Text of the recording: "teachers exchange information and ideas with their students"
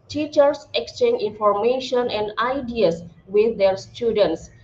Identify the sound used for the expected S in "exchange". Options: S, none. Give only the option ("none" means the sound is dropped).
S